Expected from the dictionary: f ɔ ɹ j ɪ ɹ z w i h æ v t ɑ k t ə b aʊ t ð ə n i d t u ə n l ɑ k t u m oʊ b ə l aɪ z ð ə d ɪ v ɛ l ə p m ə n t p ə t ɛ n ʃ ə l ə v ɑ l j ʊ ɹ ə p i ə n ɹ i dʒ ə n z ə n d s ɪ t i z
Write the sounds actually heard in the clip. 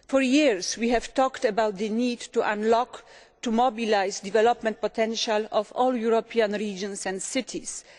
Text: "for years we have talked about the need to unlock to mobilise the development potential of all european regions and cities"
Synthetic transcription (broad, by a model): f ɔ ɹ j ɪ ɹ s w i h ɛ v t ɑ k t ə b aʊ t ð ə n i d t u ə n l ɑ k t u m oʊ b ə l aɪ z d ɪ v ɛ l ə p m ə n t p ə t ɛ n ʃ ə l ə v ɑ l j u ɹ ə p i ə n ɹ i dʒ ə n s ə n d s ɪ t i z